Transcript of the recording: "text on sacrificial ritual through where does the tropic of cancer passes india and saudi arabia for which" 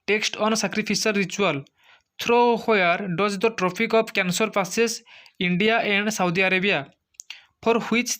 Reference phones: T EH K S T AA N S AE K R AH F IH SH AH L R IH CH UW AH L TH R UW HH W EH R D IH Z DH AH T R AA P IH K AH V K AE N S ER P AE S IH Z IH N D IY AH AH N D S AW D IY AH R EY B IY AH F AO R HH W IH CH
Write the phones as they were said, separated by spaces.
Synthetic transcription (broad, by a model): T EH K S T AA N S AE K R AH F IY S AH R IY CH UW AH L T R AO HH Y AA R D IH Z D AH T R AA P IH K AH P K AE N S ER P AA S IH S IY N D IY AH AH N D S AW D IY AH R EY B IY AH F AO R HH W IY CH